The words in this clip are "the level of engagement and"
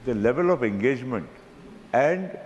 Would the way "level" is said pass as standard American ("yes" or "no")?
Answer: yes